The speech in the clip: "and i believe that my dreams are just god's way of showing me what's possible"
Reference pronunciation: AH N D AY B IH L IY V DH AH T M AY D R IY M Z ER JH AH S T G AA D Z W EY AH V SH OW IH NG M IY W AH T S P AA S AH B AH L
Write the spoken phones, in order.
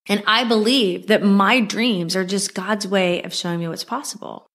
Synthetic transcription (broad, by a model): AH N AY B IH L IY V DH AH T M AY D R IY M Z ER JH AH S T G AA D Z W EY AH V SH OW IH NG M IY W AH T S P AA S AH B L